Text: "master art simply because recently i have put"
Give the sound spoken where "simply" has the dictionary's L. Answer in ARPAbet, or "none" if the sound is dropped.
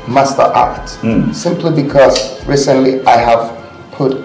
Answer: L